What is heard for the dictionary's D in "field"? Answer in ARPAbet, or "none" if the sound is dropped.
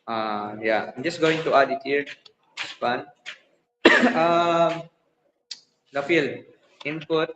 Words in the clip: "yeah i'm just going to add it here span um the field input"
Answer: none